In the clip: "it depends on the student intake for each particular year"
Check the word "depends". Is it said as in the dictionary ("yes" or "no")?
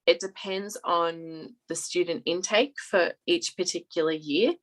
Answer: yes